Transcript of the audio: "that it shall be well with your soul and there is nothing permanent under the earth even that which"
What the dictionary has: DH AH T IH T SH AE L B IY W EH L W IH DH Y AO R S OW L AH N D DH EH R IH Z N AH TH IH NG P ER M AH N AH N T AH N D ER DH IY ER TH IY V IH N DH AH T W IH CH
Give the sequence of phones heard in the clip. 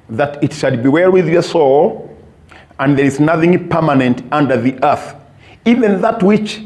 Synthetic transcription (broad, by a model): DH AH T IH T SH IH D B IY W EH L W IH DH Y AO R S OW L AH N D DH EH R IH Z N AH TH IH NG P ER M AH N AH N T AH N D ER DH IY ER TH IY V IH N DH AH T W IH CH